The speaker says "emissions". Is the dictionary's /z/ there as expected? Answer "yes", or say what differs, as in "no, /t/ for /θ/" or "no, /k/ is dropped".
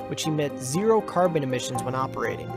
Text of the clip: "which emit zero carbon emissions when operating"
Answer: yes